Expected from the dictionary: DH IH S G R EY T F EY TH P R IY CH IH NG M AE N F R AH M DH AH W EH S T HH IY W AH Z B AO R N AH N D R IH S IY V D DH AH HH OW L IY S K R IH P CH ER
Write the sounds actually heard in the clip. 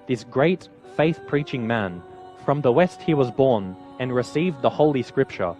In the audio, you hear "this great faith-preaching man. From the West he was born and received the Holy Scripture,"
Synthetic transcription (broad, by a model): DH IH S G R EY T F EY TH P R IY CH IH NG M AE N F R AH M DH AH W EH S T HH IY W AH Z B AO R N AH N R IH S IY V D DH AH HH OW L IY S K R IH P CH ER